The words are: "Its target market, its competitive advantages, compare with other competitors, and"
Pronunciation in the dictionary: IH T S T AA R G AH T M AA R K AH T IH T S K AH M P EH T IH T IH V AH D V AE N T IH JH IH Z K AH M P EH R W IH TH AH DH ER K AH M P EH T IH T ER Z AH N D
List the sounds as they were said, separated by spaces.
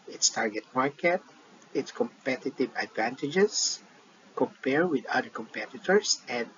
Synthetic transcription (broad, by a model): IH T S T AA R G AH T M AA R K AH T IH T S K AH M P EH T IH T IH V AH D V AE N T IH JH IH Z K AH M P EH R W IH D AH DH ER K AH M P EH T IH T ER S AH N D